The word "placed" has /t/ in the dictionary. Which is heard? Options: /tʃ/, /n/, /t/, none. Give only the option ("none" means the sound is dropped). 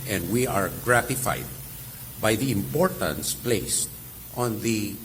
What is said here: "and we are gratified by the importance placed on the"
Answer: /t/